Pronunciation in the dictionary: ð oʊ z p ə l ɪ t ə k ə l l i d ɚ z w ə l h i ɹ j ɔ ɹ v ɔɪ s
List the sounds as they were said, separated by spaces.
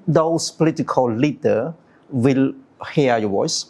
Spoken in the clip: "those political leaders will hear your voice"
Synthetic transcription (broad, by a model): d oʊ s p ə l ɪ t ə k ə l l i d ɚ w ə l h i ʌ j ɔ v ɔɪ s